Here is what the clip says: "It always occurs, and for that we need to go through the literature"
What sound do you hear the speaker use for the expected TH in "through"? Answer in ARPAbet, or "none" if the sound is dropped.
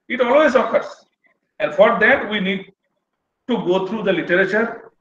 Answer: T